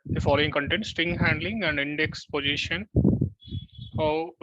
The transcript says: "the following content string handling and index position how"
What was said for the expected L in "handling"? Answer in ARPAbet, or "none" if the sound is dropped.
L